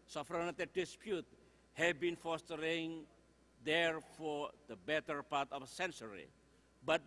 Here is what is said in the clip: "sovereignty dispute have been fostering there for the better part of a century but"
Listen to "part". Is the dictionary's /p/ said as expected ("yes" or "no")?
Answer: yes